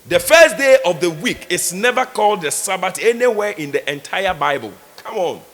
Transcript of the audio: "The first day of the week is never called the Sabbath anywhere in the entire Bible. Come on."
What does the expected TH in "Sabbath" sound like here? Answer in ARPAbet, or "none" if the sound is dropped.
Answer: T